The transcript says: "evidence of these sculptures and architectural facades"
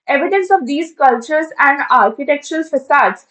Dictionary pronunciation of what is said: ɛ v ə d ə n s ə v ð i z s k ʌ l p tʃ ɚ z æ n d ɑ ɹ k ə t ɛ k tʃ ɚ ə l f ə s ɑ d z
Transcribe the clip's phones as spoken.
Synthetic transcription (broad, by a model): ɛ v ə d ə n s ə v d i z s k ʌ l tʃ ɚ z æ n d ɑ ɹ k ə t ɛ k tʃ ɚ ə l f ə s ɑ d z